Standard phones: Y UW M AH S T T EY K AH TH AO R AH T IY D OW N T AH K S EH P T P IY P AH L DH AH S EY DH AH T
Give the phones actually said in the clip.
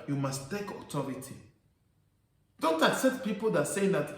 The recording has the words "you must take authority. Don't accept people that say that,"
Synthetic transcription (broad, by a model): Y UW M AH S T T EY K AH T AO R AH T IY D OW N T AH K S EH P T P IY P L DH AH S EY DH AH T